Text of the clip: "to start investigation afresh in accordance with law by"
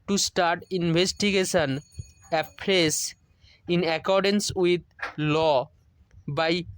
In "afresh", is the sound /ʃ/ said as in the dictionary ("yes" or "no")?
no